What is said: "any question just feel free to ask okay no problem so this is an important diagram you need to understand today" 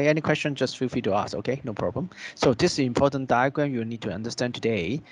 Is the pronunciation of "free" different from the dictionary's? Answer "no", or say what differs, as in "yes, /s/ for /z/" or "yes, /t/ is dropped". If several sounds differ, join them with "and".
yes, /ɹ/ is dropped